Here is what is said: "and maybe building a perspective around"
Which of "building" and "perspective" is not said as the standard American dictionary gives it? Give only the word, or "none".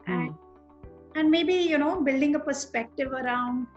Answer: none